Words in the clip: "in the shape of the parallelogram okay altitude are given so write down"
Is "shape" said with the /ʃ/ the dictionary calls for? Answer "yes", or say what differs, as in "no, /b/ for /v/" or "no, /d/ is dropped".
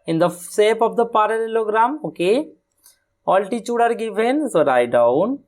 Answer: no, /s/ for /ʃ/